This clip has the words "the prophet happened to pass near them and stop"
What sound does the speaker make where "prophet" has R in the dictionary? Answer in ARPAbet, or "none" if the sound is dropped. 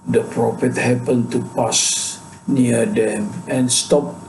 R